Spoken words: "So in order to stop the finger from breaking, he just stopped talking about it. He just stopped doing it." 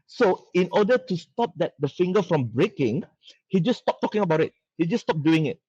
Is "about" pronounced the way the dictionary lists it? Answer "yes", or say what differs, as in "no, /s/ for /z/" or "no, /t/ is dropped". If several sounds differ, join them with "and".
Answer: yes